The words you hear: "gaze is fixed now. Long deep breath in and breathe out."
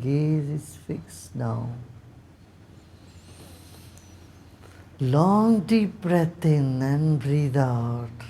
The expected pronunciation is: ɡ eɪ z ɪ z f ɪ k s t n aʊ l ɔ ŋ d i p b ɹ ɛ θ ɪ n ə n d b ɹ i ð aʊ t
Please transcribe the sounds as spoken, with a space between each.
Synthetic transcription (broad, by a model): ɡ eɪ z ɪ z f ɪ k s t n aʊ l ɔ ŋ d i p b ɹ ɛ t ɪ n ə n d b ɹ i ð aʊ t